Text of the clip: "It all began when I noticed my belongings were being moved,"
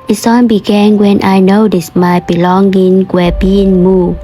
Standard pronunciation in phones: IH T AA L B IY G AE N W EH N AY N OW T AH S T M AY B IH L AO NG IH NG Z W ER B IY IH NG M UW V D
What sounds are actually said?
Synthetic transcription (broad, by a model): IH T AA N B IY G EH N W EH N AY N OW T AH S M AY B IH L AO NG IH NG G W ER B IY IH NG M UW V